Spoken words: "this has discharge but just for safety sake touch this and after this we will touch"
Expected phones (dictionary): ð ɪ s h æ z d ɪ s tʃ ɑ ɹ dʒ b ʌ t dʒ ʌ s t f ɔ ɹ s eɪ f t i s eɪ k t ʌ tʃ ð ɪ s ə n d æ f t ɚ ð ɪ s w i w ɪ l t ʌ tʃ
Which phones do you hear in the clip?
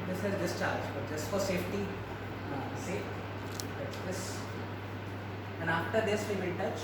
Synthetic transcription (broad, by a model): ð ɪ s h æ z d ɪ s tʃ ɑ ɹ dʒ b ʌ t dʒ ʌ s t f ɔ ɹ s eɪ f t i s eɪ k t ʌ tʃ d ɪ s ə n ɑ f t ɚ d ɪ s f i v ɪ n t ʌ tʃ